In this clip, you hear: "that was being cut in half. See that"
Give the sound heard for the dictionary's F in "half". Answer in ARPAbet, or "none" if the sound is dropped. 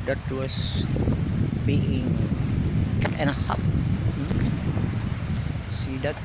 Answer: P